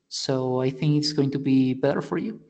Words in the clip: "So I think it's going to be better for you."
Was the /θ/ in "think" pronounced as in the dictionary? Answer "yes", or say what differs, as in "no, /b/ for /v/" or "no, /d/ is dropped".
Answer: yes